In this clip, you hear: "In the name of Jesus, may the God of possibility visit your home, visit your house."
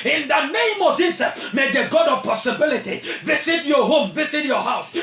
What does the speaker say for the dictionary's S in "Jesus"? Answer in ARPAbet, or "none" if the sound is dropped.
none